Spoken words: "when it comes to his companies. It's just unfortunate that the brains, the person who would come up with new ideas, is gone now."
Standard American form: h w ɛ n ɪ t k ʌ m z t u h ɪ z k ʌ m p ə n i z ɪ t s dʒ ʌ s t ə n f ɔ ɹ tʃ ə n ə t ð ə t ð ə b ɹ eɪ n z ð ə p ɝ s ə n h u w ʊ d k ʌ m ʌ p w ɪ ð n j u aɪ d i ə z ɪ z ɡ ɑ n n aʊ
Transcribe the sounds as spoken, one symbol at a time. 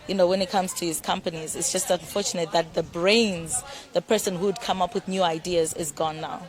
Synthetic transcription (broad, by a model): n w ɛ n ɪ t k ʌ m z t u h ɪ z k ʌ m p ə n i z ɪ t s dʒ ʌ s t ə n f ɔ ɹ tʃ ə n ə t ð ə t ð ə b ɹ eɪ n z ð ə p ɝ s ə n h u d k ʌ m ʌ p w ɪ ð n j u aɪ d i ə z ɪ z ɡ ɑ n n aʊ